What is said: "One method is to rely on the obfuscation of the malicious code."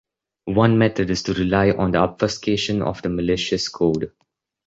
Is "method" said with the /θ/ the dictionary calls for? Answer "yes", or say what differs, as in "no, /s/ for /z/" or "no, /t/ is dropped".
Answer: no, /t/ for /θ/